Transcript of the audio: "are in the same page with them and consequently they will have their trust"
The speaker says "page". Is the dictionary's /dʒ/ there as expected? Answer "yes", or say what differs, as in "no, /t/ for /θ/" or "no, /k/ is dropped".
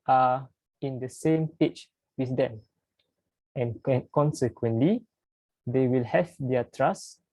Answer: no, /tʃ/ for /dʒ/